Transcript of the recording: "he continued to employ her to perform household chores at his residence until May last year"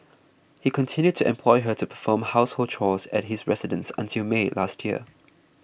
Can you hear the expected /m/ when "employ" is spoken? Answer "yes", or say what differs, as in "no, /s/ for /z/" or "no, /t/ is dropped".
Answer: yes